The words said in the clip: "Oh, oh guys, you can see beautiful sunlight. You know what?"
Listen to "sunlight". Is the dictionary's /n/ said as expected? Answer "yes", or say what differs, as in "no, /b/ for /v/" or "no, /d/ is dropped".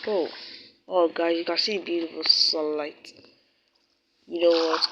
no, /n/ is dropped